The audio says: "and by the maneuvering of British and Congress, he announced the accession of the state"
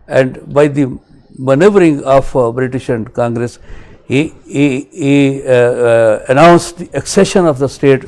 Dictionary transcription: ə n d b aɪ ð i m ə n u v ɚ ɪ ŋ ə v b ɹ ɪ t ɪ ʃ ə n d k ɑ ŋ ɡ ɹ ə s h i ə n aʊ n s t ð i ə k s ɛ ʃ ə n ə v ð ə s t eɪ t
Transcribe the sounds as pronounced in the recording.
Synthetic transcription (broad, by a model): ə n d b aɪ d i m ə n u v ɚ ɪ ŋ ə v b ɹ ɪ t ɪ ʃ ə n d k ɑ ŋ ɡ ɹ ə s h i ə n aʊ n s t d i ə k s ɛ ʃ ə n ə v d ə s t eɪ t